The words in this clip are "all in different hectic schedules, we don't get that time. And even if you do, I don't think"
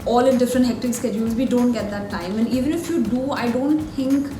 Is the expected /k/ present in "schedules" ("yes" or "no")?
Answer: yes